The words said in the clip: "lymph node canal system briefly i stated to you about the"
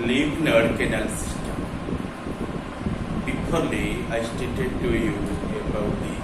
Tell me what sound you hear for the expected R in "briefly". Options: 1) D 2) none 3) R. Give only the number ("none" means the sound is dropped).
2